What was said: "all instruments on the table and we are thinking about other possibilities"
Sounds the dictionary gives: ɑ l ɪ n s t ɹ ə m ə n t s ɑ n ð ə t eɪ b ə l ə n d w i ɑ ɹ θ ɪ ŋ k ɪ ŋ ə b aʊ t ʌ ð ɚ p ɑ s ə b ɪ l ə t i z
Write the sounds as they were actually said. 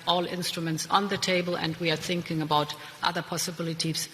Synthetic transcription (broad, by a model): ɑ l ɪ n s t ɹ ə m ə n t s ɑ n ð ə t eɪ b ə l ə n d w i ɑ ɹ θ ɪ ŋ k ɪ ŋ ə b aʊ t ʌ ð ɚ p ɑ s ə b ɪ l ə t i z